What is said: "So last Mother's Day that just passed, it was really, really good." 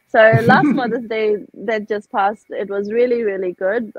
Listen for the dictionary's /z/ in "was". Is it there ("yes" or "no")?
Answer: yes